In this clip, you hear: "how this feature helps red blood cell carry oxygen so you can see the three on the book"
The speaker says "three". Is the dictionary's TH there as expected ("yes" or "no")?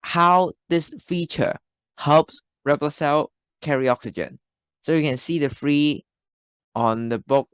no